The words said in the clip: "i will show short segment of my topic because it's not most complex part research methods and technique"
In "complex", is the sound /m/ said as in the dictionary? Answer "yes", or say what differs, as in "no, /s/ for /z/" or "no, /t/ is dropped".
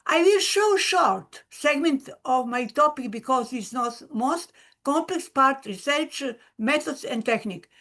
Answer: yes